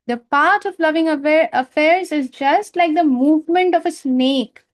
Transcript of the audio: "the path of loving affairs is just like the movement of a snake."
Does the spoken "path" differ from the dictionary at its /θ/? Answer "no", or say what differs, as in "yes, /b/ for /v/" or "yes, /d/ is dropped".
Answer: yes, /t/ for /θ/